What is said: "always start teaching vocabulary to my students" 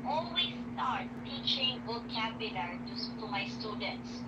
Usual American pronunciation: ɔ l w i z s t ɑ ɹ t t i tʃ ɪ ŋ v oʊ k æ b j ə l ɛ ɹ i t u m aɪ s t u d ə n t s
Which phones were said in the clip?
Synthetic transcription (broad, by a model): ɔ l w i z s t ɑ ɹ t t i tʃ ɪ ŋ b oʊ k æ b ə n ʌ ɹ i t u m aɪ s t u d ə n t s